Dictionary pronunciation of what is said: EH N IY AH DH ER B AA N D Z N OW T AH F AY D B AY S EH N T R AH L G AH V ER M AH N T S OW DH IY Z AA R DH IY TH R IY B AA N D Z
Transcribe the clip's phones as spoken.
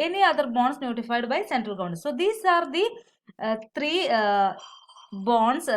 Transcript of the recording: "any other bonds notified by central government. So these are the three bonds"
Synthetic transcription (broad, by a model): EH N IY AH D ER B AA N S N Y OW T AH F AY D B AY S EH N T R AH L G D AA AH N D S OW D IY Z AA R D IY T R IY B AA N D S